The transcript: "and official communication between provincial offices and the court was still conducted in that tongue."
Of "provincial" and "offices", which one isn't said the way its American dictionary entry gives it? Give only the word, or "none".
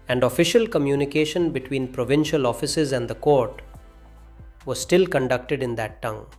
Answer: none